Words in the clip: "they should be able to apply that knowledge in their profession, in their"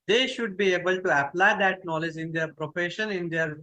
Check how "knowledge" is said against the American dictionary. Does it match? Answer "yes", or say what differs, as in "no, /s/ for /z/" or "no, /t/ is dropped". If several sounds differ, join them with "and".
yes